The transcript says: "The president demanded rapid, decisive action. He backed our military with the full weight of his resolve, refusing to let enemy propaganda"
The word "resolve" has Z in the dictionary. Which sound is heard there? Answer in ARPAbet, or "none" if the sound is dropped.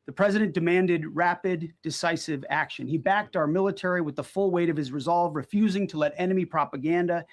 Z